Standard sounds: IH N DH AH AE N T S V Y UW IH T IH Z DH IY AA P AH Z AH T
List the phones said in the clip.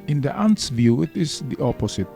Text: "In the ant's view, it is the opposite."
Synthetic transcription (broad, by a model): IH N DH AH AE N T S V Y UW IH T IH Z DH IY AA P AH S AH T